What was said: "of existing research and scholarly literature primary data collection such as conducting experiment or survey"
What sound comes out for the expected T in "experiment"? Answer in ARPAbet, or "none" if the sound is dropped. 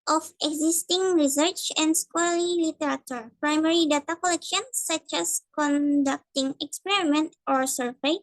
T